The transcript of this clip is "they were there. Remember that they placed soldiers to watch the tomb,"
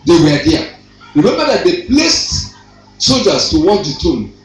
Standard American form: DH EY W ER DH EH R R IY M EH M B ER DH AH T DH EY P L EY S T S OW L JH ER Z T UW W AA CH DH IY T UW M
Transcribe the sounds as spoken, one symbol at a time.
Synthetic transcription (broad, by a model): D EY W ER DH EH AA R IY M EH M B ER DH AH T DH EY P L EY S T S OW L JH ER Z T UW W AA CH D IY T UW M